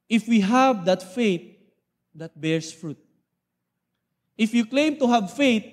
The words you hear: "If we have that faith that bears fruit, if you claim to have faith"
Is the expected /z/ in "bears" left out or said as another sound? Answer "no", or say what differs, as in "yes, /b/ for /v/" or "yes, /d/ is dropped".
yes, /s/ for /z/